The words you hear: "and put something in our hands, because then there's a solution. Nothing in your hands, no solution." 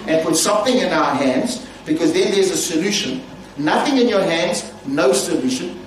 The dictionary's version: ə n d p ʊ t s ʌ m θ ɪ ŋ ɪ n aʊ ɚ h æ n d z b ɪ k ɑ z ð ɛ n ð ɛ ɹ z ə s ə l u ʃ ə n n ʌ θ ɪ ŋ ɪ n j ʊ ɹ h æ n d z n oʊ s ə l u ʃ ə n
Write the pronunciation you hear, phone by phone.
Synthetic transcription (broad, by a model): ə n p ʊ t s ʌ m θ ɪ ŋ ɪ n aʊ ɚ h æ n d z b ɪ k ɑ z ð ɛ n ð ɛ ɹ z ə s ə l u ʃ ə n n ʌ θ ɪ ŋ ɪ n j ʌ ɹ h æ n d z n oʊ s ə l u ʃ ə n